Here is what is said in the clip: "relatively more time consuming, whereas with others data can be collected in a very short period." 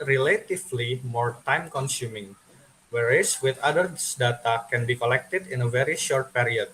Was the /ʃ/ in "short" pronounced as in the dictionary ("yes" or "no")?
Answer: yes